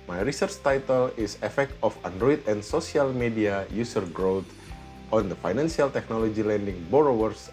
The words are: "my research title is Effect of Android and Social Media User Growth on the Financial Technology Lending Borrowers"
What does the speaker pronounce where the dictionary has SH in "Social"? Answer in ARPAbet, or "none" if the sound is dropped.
S